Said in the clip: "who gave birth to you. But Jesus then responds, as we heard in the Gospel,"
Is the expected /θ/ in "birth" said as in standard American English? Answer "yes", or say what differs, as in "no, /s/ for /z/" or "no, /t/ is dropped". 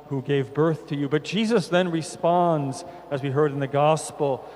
yes